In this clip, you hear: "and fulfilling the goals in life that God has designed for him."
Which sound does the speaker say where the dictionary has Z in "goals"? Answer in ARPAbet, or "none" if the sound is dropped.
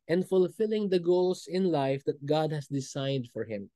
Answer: S